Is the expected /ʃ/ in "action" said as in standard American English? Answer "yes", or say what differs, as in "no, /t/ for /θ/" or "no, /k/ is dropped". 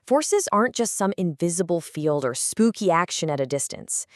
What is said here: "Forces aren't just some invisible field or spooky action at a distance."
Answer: yes